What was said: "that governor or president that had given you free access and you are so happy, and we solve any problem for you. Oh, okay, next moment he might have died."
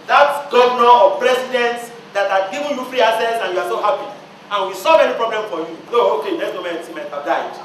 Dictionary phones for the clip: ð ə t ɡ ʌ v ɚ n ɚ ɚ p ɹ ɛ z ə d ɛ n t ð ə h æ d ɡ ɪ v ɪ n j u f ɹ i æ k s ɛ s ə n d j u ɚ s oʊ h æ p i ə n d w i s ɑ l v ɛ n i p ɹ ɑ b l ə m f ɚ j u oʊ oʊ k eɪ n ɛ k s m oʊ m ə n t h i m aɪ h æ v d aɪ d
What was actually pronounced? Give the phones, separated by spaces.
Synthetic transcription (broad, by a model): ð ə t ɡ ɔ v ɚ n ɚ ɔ p ɹ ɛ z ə d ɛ n t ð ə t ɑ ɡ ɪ v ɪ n j u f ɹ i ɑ s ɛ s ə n j u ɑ s oʊ h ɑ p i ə n w i s ɑ l v ɛ n i p ɹ ɑ b l ə m f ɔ j u oʊ oʊ k eɪ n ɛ s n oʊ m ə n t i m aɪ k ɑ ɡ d aɪ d